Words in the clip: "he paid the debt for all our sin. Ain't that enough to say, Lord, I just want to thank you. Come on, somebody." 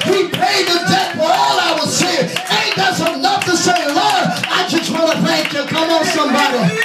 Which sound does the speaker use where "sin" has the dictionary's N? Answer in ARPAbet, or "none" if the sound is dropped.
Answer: none